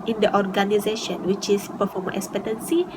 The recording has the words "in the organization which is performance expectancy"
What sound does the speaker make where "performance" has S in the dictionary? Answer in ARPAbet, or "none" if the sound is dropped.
none